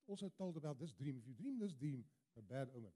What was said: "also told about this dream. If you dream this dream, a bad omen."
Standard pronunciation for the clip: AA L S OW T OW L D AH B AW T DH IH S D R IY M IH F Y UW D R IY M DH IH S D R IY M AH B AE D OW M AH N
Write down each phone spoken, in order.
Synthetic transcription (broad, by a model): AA L S OW T OW L D AH B AW T DH IH S D R IY M IH F Y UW D R IY M DH IH S D R IY M AH B AE D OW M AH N